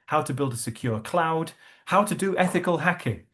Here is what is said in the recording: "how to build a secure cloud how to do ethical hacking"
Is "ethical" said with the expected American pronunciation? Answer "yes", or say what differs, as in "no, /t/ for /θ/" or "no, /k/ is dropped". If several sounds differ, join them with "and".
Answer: yes